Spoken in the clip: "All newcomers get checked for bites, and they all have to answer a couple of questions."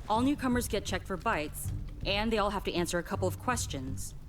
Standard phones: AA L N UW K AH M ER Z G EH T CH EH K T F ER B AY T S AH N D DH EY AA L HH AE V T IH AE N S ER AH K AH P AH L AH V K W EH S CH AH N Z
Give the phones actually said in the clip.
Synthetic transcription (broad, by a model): AA L N UW K AH M ER Z G EH T CH EH K T F ER B AY T S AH N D DH EY AA L HH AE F T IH AE N S ER AH K AH P L AH V K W EH S CH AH N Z